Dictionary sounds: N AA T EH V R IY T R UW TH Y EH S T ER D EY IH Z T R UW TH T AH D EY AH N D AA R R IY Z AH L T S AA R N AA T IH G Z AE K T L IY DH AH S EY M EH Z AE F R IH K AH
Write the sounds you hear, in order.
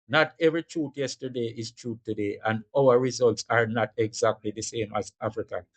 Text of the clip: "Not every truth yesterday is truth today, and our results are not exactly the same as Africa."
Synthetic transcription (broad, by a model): N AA T EH V R IY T R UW T Y EH S T ER D EY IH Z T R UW T AH D EY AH N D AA W R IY Z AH L T S AA R N AA T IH G Z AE K T L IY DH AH S EY M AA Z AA F R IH K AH